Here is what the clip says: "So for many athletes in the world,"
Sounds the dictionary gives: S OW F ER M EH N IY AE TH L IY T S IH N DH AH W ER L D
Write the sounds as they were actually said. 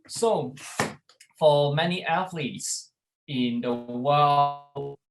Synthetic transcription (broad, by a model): S OW F ER M EH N IY AE TH L IY T S IH N DH AH W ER L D